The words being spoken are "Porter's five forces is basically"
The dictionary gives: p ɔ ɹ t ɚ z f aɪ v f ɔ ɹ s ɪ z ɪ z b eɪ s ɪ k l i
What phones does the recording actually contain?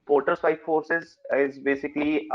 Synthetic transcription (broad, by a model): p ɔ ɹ t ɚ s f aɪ f ɔ ɹ s ɪ z ɪ z b eɪ s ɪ k l i